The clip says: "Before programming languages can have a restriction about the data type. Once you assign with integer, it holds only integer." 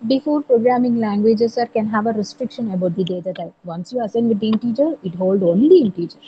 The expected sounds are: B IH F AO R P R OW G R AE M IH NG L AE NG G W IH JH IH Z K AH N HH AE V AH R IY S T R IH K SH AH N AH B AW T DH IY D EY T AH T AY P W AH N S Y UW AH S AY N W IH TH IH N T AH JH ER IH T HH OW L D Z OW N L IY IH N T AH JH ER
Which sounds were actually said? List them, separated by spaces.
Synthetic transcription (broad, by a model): B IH F AO R P R OW G R AE M IH NG L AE NG G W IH JH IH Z K AH N HH AE V AH R IY S T R IH K SH AH N AH B AW T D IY D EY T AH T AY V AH N S Y UW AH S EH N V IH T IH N T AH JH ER IH T HH OW L D OW N L IY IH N T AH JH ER